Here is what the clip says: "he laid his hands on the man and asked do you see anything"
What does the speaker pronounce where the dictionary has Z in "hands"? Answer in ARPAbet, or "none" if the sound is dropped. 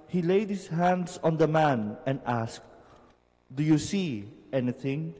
S